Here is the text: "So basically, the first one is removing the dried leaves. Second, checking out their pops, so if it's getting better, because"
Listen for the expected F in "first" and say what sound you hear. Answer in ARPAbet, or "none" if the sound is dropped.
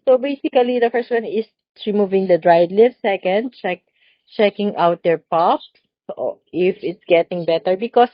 F